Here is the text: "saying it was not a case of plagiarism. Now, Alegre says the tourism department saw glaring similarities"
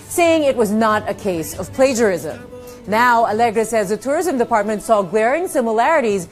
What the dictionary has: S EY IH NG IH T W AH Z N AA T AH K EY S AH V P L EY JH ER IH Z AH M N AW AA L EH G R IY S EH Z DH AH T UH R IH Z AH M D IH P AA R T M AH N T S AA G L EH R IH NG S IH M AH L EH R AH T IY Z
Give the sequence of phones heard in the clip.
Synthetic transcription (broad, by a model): S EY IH NG IH T W AH Z N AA T AH K EY S AH V P L EY JH ER IH Z AH M N AW AA L EH G R IY S EH Z DH AH T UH R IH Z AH M D IH P AA R T M AH N T S AA G W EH R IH NG S IH M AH L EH R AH T IY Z